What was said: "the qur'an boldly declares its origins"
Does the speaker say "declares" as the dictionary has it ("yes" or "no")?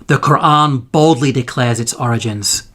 yes